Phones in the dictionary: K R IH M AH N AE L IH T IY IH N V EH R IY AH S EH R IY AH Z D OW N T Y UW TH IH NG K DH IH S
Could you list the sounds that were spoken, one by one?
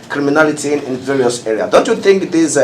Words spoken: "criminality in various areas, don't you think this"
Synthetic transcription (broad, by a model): K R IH M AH N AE L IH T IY IH N V EH R IY AH S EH R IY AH D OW N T Y UW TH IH NG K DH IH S